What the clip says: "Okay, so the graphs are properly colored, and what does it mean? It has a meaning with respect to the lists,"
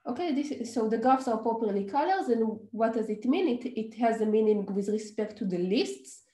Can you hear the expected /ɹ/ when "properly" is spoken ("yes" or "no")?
no